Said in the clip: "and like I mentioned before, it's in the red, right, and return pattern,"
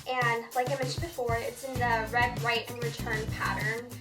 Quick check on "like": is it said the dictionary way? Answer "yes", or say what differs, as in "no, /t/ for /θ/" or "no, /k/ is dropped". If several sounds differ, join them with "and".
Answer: yes